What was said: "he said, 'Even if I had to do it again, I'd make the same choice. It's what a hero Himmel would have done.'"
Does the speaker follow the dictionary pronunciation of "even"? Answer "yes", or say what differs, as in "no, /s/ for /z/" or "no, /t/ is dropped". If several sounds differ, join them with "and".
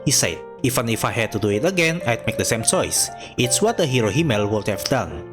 no, /f/ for /v/